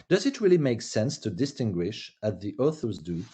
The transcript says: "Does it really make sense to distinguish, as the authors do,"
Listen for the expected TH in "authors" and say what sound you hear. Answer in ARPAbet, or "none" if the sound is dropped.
TH